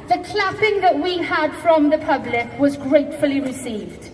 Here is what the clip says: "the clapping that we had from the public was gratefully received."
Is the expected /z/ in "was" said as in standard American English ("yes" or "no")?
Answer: yes